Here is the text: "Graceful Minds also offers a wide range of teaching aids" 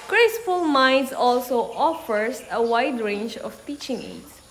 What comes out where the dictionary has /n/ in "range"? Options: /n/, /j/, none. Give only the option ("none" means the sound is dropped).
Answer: /n/